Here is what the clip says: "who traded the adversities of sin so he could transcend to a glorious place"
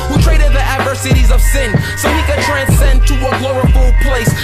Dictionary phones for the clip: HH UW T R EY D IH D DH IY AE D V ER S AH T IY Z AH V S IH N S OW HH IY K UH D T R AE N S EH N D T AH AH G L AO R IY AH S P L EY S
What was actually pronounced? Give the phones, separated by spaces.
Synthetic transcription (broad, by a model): HH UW T R EY D IH D DH IY AE D V ER S AH T IY Z AH V S IH N S OW HH IY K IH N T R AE N S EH N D T AH AH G L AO IY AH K P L EY S